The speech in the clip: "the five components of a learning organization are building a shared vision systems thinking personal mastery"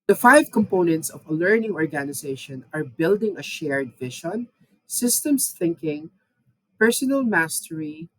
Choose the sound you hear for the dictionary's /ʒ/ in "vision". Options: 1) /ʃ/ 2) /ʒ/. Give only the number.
1